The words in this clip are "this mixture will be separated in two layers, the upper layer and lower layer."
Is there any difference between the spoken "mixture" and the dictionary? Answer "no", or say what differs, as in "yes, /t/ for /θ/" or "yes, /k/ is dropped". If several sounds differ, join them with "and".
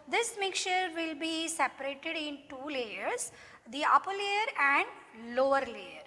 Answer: yes, /s/ is dropped